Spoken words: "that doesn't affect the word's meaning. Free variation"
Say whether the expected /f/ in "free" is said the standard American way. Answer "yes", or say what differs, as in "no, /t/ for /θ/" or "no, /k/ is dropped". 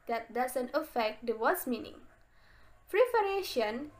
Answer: no, /p/ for /f/